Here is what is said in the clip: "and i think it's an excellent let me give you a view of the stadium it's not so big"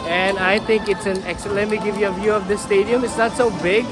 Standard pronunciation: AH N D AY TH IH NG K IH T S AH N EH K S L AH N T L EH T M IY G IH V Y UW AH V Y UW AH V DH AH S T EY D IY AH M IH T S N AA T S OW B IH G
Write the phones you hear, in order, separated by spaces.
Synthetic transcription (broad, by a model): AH N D AY T IH NG K IH T S AH N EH K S AH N L EH T M IY G IH V Y UW AH V Y UW AH V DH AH S T EY D IY AH M IH T S N AA T S OW B IH G